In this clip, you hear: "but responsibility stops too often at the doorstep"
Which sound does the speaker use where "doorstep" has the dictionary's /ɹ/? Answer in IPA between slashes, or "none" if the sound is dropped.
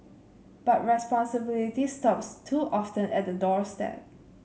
/ɹ/